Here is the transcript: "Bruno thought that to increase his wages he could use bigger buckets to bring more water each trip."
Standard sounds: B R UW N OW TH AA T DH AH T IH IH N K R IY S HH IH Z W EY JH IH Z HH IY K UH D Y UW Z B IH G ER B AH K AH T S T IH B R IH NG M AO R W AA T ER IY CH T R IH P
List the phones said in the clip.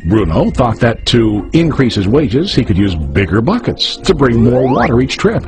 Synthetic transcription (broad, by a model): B R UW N OW TH AA T DH AH T IH IH N K R IY S HH IH Z W EY JH IH Z HH IY K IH D Y UW Z B IH G ER B AH K AH T S T IH B R IH NG M AO R W AA T ER IY CH T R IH P